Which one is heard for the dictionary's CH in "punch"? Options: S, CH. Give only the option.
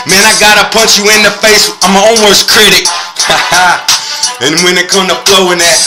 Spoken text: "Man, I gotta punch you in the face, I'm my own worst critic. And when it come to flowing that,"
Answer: CH